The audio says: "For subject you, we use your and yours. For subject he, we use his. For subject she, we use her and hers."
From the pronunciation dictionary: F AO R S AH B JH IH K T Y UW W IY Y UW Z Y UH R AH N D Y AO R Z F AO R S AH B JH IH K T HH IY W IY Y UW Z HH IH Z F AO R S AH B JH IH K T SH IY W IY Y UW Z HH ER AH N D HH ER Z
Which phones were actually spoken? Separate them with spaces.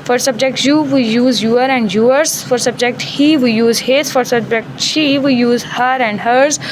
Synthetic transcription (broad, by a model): F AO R S AH B JH IH K T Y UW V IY Y UW Z Y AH R AH N D Y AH R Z F AO R S AH B JH IH K T HH IY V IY Y UW Z HH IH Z F AO R S AH B JH IH K T SH IY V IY Y UW Z HH ER AH N D HH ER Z